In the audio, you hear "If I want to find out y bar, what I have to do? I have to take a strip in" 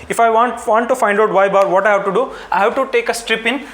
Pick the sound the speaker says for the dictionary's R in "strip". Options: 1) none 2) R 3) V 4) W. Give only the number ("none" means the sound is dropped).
2